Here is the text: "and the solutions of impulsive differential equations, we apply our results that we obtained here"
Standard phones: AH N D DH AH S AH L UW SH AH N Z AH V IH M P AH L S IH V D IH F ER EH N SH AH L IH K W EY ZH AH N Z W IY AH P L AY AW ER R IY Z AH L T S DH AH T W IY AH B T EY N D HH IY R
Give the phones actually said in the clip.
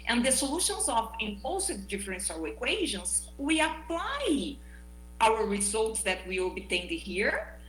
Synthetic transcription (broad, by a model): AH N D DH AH S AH L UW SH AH N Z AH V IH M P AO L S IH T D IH F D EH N S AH W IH K W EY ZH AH N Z W IY AH P L AY AW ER R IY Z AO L T S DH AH T W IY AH B T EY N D HH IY R